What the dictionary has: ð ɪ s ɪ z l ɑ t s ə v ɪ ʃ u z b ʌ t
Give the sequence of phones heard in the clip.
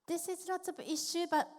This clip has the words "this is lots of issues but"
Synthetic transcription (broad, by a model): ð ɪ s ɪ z n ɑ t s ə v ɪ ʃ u b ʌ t